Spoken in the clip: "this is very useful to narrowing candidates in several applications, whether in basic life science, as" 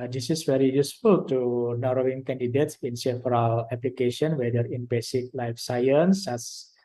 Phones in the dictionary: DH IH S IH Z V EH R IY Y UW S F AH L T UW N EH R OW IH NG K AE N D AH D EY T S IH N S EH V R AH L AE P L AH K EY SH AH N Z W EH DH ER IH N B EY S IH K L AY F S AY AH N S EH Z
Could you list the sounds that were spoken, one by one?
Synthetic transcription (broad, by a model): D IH S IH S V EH R IY Y UW S F AH L T UW N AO R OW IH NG K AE N D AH D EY T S IH N S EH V R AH L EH P L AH K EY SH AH N W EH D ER IH N B EY S IH K L AY F S AY AH N S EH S